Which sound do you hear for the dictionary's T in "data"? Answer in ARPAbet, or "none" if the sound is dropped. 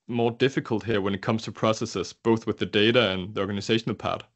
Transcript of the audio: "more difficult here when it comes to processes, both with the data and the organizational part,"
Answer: T